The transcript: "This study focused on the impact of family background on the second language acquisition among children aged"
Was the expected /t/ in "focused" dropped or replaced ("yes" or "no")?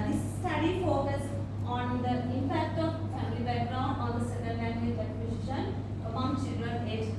yes